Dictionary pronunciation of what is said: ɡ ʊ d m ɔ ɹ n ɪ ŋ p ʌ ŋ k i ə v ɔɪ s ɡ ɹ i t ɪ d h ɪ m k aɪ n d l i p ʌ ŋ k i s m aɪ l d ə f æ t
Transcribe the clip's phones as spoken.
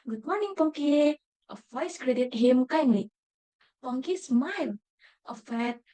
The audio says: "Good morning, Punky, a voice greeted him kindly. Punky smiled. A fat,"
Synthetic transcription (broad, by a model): ɡ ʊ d m ɔ ɹ n ɪ ŋ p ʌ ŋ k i ə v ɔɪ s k ɹ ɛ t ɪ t h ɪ m k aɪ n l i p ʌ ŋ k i s m aɪ l ə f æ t